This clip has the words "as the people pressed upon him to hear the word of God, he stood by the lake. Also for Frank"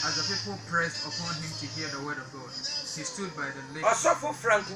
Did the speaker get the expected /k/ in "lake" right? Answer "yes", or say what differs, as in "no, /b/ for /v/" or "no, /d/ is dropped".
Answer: no, /k/ is dropped